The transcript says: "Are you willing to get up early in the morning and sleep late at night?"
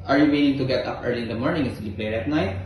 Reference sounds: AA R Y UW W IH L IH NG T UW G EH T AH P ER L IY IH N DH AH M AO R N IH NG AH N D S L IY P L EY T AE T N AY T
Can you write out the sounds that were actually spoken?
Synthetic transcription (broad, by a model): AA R Y UW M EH N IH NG T UW G EH T AH P ER L IY IH N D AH M AO R N IH NG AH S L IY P L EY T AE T N AY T